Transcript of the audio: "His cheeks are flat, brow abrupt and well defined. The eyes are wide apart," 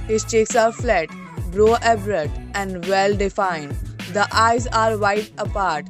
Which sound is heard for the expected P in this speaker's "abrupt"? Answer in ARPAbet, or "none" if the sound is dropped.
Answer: none